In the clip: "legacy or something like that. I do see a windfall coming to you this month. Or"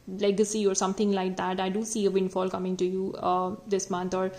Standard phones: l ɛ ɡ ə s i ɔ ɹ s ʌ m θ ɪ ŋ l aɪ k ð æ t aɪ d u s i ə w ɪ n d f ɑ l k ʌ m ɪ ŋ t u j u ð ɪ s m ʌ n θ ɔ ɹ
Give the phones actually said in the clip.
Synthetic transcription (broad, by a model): l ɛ ɡ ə s i ɔ ɹ s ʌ m t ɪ ŋ l aɪ k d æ t aɪ d u s i ə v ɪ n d f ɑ l k ʌ m ɪ ŋ t u j u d ɪ s m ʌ n t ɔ ɹ